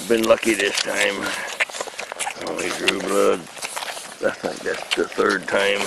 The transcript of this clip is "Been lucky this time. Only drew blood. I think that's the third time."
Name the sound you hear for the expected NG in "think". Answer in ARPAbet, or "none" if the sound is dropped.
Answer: none